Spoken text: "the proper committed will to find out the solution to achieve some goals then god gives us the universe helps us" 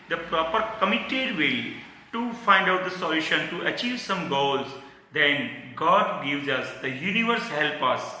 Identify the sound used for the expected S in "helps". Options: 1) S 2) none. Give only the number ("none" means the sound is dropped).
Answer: 2